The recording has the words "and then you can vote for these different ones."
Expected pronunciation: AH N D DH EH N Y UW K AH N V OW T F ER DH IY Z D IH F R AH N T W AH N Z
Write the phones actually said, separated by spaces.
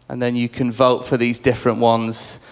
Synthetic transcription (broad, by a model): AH N DH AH N Y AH K AH N V OW T F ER DH IY Z D IH F R AH N T W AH N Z